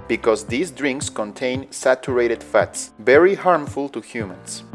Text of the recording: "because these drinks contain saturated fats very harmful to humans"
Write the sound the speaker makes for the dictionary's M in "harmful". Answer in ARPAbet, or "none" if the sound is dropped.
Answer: M